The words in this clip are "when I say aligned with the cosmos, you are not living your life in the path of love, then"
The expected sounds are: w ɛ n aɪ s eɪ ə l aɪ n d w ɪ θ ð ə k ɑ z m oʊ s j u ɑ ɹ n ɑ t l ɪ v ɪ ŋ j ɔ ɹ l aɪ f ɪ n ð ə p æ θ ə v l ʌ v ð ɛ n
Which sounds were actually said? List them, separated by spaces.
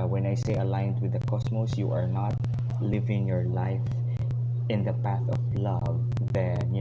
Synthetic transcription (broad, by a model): w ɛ n aɪ s eɪ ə l aɪ n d w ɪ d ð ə k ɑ s m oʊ s j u ɑ ɹ n ɑ t l ɪ v ɪ ŋ j ɔ ɹ l aɪ f ɪ n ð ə p æ θ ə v l ʌ v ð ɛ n